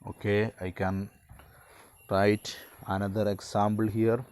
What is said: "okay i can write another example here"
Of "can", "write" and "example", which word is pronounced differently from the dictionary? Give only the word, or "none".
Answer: example